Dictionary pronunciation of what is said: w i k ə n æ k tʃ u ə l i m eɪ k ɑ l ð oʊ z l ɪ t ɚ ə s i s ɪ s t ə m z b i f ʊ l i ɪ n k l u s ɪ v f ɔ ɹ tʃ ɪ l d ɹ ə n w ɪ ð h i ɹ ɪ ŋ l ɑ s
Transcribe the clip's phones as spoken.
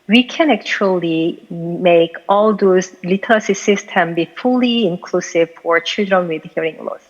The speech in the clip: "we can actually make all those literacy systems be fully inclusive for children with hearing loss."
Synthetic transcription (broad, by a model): w i k ə n æ k tʃ u ə l i m eɪ k ɑ l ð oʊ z l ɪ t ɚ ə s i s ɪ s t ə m b i f ʊ l i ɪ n k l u s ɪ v f ɔ ɹ tʃ ɪ l d ɹ ə n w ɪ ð h i ɹ ɪ ŋ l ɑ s